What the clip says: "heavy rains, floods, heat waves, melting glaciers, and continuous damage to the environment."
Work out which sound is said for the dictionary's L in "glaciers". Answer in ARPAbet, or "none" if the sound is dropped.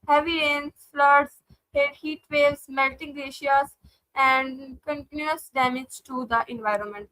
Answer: none